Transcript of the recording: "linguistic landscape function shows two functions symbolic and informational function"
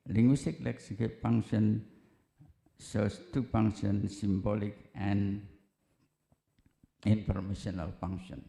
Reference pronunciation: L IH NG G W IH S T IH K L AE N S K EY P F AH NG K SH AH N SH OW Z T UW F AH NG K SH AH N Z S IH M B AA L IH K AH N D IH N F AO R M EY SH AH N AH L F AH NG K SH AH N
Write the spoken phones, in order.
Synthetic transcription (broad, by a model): L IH NG G W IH S T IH K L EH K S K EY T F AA NG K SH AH N S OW S T UW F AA NG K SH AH N S IH M B AA L IH K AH N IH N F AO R M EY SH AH N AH L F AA NG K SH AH N